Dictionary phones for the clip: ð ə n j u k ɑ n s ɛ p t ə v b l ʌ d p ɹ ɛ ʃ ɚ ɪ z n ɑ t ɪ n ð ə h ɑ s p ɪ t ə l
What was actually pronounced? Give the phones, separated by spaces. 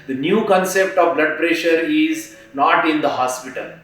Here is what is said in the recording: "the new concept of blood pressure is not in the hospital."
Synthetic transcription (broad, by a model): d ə n j u k ɑ n s ɛ p t ə v b l ʌ d p ɹ ɛ ʃ ɚ ɪ z n ɑ t ɪ n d ə h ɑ s p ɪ t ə l